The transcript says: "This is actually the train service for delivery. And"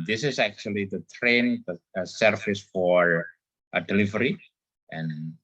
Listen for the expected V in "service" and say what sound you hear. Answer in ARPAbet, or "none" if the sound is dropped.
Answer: F